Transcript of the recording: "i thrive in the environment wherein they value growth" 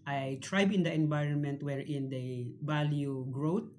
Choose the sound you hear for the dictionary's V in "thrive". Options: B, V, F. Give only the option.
B